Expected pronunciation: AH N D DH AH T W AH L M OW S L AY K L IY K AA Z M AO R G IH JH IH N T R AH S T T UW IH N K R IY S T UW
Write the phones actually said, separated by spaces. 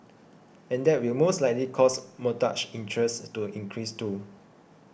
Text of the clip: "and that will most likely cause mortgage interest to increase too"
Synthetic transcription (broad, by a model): AH N D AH T W AH L M OW S L AY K L IY K AA S M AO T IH CH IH N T R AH S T T UW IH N K R IY S T UW